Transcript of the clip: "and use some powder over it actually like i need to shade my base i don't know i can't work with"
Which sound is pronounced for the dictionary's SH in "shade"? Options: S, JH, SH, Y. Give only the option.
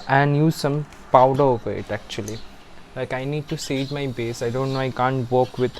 S